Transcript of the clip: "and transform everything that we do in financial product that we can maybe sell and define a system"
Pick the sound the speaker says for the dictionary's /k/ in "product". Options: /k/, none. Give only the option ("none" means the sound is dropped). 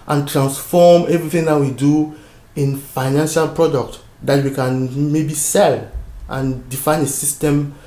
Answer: /k/